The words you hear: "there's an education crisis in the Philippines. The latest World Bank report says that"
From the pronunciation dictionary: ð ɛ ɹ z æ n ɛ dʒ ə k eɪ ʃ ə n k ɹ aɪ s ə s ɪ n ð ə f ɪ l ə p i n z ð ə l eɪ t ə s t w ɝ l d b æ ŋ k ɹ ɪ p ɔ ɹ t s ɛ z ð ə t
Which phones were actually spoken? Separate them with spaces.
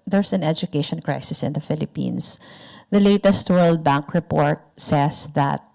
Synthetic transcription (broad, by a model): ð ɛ ɹ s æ n ɛ dʒ ə k eɪ ʃ ə n k ɹ aɪ s ə s ɪ n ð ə f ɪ l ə p i n s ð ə l eɪ t ə s t w ɝ l d b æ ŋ k ɹ ɪ p ɔ ɹ t s ɛ s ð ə t